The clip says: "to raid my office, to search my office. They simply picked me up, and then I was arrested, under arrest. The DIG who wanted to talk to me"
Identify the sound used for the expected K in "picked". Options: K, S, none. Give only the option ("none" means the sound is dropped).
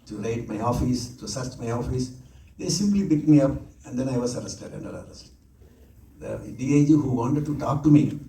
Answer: none